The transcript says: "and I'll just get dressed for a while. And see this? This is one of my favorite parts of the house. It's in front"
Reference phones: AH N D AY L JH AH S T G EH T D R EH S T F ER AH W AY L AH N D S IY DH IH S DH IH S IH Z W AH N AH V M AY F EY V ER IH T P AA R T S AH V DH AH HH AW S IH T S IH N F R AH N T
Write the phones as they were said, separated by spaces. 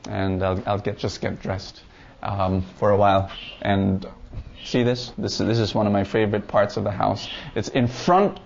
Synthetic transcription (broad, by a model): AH N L AY L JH AH S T G EH T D R EH S T F ER AH W AY L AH N S IY DH IH S DH IH S IH Z W AH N AH V M AY F EY V ER IH T P AA R T S AH V DH AH HH AW S IH T S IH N F R AH N T